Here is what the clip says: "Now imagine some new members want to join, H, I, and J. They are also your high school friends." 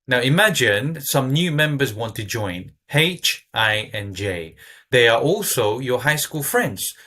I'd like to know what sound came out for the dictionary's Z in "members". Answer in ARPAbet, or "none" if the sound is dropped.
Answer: Z